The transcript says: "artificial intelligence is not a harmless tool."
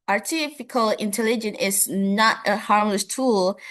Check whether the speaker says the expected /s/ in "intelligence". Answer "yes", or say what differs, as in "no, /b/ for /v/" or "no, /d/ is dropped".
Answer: no, /s/ is dropped